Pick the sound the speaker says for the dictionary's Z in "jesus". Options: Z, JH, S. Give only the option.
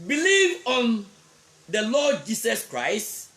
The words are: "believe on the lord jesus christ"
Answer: S